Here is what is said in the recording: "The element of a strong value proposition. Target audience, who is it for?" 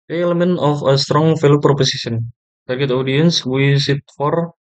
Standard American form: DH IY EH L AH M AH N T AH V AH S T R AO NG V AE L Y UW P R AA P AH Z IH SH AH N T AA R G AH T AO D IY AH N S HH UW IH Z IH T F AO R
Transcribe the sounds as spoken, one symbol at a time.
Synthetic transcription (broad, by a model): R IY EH L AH M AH N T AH F AH S T R AO NG F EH L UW P R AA P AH S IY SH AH N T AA R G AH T AO D IY AH N S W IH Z IH T F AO R